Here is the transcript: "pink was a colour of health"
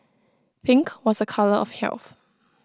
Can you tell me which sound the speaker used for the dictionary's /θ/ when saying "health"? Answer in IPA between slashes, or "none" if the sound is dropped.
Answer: /θ/